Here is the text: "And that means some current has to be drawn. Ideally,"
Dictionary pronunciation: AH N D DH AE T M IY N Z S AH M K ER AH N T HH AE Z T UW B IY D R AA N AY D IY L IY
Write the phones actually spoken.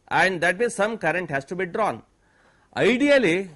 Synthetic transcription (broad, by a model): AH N D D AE T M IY Z S AH M K ER AH N T HH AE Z T UW B IY D R AA N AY D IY L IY